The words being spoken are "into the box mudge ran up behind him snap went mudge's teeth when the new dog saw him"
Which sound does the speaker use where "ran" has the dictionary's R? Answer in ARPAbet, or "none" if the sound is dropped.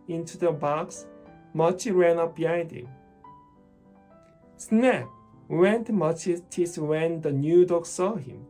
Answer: R